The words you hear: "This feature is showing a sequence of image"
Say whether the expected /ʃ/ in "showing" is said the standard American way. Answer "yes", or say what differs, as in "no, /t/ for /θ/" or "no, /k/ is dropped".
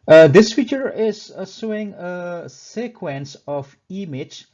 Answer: no, /s/ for /ʃ/